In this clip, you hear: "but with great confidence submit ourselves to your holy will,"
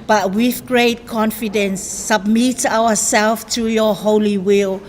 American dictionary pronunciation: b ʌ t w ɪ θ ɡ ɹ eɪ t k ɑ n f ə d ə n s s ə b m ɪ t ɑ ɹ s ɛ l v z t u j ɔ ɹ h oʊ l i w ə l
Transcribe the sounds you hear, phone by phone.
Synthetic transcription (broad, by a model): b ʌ t w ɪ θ ɡ ɹ eɪ t k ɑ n f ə d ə n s s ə b m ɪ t ɑ w s ɛ l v t u j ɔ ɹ h oʊ l i w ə l